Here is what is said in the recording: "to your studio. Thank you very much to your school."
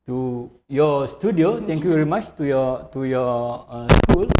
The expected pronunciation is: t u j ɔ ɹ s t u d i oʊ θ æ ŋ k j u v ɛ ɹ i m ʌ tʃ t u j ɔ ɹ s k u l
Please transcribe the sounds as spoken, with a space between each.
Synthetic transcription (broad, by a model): t u j ɔ s t u d i oʊ t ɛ ŋ k j u v ɛ ɹ i m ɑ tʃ t u j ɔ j s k u l